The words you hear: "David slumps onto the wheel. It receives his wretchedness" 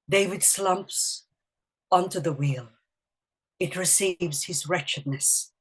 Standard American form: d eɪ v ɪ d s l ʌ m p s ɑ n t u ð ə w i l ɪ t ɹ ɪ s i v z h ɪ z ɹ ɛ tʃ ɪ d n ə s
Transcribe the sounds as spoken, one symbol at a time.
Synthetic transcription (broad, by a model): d eɪ v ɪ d s l ʌ m p s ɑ n t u ð ə w i l ɪ t ɹ ɪ s i v z h ɪ z ɹ ɛ tʃ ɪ d n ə s